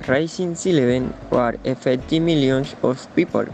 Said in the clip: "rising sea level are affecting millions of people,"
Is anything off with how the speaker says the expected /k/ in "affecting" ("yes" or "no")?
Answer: yes